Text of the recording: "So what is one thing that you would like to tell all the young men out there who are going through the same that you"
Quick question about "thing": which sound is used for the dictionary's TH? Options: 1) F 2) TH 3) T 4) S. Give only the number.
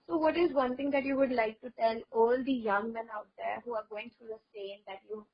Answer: 3